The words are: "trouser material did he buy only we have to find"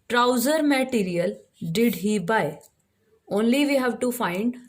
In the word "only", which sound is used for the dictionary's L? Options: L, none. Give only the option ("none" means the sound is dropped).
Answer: L